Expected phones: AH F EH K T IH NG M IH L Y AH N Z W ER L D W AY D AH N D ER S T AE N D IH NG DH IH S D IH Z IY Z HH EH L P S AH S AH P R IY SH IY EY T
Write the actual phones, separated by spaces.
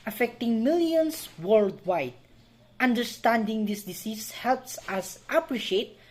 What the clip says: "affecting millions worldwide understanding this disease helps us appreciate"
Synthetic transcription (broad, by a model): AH F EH K T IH NG M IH L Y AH N S W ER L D W AY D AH N D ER S T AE N D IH NG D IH S D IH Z IY S HH EH L P S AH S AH P R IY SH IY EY T